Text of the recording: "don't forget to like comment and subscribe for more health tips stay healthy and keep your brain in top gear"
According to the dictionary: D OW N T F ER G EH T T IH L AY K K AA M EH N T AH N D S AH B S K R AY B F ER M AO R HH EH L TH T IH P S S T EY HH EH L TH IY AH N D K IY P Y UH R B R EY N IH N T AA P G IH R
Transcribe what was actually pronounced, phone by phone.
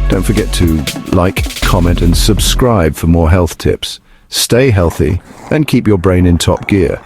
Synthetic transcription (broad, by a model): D OW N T F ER G EH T T IH L AY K K AA M EH N T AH N S AH B S K R AY B F ER M AO R HH EH L TH T IH P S S T EY HH EH L TH IY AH N K IY P Y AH R B R EY N IH N T AA P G IH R